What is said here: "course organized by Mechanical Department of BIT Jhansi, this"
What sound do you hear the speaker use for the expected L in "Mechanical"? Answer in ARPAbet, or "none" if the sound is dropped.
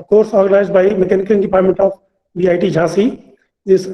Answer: N